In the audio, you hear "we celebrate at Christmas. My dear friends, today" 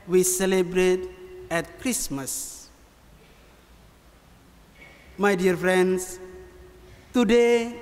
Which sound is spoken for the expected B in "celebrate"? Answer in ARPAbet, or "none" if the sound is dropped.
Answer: B